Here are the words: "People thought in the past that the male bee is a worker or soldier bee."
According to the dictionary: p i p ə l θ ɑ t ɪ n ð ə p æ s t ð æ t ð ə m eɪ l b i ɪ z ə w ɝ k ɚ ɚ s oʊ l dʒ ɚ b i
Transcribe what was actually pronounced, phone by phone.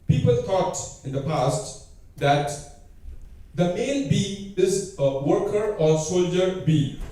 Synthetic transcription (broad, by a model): p i p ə l t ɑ t ɪ n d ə p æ s t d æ t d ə m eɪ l b i ɪ z ə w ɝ k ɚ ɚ s oʊ l dʒ ɚ b i